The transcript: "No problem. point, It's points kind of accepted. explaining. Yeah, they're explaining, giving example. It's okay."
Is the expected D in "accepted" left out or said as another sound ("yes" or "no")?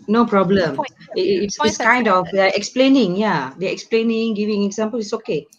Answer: yes